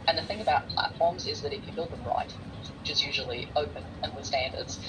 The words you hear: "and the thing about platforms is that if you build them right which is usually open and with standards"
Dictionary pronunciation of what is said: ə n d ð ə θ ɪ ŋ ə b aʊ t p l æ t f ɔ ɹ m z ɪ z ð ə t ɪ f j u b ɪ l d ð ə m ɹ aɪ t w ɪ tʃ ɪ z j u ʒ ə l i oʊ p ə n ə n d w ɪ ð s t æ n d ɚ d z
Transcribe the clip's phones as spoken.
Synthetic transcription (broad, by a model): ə n ð ə θ ɪ ŋ ə b aʊ t p l æ t f ɔ ɹ m z ɪ z ð ə t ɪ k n b ɪ l d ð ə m ɹ aɪ t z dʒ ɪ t j u ʒ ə l i oʊ p ə n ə n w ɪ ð s t æ n d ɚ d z